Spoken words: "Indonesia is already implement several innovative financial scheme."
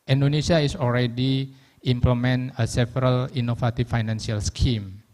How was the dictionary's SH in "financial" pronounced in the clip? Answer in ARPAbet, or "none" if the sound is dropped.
S